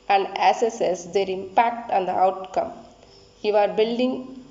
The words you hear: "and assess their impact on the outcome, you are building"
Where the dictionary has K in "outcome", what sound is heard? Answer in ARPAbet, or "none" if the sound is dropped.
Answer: K